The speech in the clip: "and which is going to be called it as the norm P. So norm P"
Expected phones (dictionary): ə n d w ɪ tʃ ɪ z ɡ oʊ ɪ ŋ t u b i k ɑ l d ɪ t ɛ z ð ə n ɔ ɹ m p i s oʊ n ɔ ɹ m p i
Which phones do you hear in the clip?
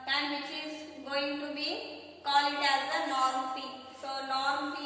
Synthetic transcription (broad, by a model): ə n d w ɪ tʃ ɪ z ɡ oʊ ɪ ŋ t u b i k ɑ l ɪ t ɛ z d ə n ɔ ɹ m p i s oʊ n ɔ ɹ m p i